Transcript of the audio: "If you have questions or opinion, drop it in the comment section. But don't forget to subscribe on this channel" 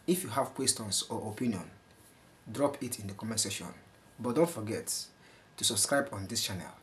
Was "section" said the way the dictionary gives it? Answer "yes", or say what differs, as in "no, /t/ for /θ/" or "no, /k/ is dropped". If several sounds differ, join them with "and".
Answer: no, /k/ is dropped